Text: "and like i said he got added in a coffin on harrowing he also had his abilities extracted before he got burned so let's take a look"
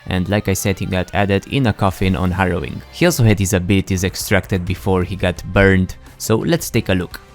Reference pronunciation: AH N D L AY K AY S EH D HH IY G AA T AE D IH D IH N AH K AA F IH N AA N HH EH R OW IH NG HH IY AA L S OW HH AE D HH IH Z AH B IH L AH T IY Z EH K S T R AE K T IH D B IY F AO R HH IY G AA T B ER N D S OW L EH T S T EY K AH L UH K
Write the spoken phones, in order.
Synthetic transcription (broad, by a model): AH N D L AY K AY S EH D HH IY G AA T AE D IH D IH N AH K AA F IH N AA N HH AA R OW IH NG HH IY AA L S OW HH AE D HH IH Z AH B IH L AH T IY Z EH K S T R AE K T IH D B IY F AO R HH IY G AA T B ER N D S OW L EH T S T EY K AH L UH K